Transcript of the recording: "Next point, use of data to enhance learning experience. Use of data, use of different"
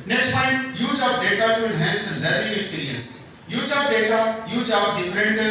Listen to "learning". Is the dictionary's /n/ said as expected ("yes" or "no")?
no